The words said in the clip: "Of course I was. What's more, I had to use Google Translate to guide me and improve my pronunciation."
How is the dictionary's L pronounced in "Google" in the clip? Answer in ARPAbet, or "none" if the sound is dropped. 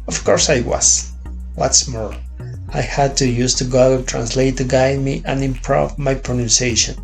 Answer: N